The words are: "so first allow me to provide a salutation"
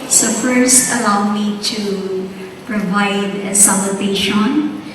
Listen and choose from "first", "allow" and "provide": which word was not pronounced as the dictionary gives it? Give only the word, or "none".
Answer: first